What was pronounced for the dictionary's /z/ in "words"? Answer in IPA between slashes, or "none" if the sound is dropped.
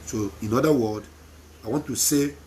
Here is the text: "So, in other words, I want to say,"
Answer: none